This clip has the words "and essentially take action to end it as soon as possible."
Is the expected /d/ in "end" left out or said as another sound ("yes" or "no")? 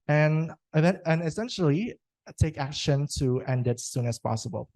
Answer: no